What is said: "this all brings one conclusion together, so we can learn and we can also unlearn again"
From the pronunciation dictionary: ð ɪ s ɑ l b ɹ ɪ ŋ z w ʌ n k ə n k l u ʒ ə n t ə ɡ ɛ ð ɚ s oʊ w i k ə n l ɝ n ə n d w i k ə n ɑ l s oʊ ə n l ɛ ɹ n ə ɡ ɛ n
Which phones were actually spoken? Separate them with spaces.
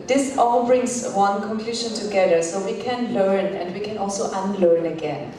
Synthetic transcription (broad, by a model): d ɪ s ɑ l b ɹ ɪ ŋ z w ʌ n k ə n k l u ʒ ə n t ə ɡ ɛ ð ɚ s oʊ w i k ə n l ɝ n ə n d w i k ə n ɑ l s oʊ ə n l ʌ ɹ n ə ɡ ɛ n